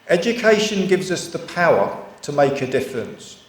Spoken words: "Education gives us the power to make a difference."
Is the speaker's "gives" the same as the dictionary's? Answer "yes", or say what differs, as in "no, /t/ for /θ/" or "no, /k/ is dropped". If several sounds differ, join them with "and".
yes